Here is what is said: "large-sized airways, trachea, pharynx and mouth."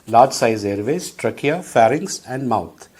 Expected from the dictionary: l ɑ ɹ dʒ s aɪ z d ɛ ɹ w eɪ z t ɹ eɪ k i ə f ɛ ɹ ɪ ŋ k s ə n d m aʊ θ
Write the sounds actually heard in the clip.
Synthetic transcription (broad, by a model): l ɑ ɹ dʒ s aɪ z ɛ ɹ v eɪ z t ɹ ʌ k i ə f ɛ ɹ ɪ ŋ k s ə n d m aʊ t